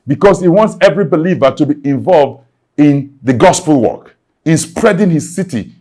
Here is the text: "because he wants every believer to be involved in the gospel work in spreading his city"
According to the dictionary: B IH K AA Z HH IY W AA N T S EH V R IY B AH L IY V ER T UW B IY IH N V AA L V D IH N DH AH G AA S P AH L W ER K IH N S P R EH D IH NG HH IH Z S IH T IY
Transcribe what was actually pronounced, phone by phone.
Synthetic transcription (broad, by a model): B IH K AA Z HH IY W AA N T S EH V R IY B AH L IY V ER T UW B IY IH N V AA L V D IH N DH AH G AA S P AH L W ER K IH N S P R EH D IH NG HH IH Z S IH T IY